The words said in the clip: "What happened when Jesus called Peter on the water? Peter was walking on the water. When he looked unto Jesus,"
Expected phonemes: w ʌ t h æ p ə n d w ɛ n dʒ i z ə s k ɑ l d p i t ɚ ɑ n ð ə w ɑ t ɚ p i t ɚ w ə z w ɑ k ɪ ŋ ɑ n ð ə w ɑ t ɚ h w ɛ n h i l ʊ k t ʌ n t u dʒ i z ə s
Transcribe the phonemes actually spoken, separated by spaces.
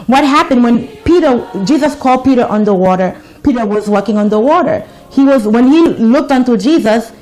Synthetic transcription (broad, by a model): w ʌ t h æ p ə n d w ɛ n dʒ i z ə s k ɑ l d p i t ɚ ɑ n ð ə w ɑ t ɚ p i t ɚ w ə z w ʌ k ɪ ŋ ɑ n ð ə w ɑ t ɚ h w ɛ n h i l ʊ k t ʌ n t u dʒ i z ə s